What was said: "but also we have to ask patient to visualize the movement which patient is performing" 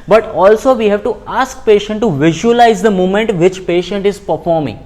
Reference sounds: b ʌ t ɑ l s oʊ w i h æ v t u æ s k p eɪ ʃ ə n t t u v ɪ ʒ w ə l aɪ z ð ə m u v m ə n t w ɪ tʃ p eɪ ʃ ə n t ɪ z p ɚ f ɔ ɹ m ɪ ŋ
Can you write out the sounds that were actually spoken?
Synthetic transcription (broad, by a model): b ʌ t ɑ l s oʊ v i h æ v t u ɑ s k p eɪ ʃ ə n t t u v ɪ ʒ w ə l aɪ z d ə m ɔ m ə n t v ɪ tʃ p eɪ ʃ ə n t ɪ z p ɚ f ɔ ɹ m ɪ ŋ